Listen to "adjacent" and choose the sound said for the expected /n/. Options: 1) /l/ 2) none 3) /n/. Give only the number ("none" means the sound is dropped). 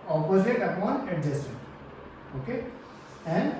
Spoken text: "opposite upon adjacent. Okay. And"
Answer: 2